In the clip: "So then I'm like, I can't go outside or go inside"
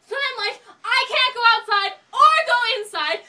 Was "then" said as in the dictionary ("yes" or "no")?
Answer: no